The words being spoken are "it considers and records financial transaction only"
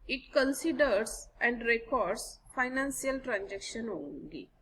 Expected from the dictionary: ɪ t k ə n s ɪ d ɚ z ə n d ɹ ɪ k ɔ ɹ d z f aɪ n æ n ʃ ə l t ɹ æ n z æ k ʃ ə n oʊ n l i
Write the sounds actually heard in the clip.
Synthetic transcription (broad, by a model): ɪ t k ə n s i d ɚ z ə n d ɹ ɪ k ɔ ɹ d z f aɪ n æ n s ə l t ɹ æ n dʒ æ k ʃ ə n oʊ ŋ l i